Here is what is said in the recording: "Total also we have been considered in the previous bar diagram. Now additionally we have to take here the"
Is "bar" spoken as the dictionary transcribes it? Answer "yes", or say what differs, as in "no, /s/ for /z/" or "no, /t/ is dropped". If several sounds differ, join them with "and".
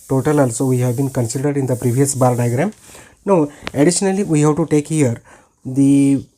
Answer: no, /l/ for /ɹ/